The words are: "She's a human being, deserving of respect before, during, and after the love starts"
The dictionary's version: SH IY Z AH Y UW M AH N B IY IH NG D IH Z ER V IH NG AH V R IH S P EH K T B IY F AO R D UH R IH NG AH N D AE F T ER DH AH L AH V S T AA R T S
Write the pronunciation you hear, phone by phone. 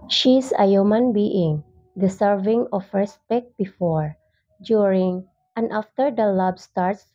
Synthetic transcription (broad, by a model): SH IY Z AH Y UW M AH N B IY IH NG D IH S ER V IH NG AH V R IH S P EH K T B IY F AO R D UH R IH NG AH N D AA F T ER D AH L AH B S T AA R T S